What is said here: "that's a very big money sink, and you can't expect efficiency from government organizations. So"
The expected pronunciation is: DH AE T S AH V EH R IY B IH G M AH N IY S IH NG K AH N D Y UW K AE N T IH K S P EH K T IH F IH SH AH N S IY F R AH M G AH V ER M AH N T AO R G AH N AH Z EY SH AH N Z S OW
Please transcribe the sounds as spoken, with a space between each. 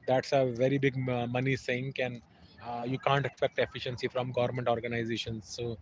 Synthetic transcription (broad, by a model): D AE T S AH V EH R IY B IH G M AH N IY S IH NG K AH N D Y UW K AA N T IH K S P EH K T IH F IH SH AH N S IY F R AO M G AH V ER M AH N T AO R G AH N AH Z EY SH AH N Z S OW